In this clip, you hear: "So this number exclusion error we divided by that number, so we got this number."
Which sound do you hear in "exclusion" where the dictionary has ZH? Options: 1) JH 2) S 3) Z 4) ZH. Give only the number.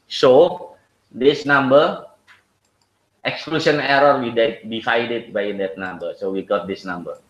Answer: 2